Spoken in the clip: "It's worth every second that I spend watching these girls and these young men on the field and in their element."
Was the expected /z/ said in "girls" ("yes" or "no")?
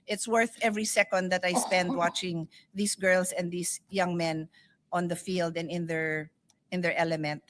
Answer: no